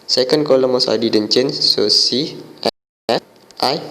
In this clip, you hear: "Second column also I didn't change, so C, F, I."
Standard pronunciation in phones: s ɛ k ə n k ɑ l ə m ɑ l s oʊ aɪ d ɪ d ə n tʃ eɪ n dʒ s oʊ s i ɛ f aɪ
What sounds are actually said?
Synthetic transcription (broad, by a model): s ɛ k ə n k ɑ l ə m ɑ s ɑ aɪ d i d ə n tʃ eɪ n s oʊ s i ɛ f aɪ